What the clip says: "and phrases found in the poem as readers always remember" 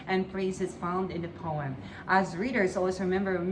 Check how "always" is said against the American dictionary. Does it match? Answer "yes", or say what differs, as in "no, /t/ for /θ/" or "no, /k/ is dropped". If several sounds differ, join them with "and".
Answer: no, /z/ is dropped